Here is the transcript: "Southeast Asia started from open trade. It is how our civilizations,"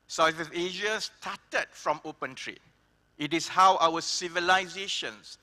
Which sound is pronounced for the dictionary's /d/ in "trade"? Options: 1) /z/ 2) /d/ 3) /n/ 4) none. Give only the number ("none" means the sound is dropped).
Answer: 4